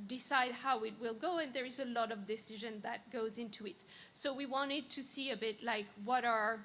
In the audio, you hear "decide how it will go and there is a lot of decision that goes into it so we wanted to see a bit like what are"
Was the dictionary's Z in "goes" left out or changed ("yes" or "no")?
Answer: no